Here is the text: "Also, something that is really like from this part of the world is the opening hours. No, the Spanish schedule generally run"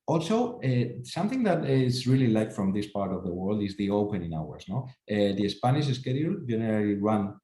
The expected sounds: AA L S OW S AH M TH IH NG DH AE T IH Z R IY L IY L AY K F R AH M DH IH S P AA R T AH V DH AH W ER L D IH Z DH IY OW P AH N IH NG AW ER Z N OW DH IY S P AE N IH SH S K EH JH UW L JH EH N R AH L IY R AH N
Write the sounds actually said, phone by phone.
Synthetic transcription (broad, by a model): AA L S OW S AH M TH IH NG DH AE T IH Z R IY L IY L AY K F R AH M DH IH S P AA R T AH V DH AH W ER L D IH Z DH IY OW P AH N IH NG AW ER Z N OW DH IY S P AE N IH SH S K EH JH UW L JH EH N R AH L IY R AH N